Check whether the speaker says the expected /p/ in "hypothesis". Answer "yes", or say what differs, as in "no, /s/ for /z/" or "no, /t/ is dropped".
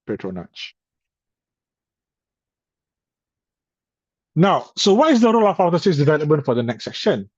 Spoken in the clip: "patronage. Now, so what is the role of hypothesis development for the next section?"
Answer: no, /p/ is dropped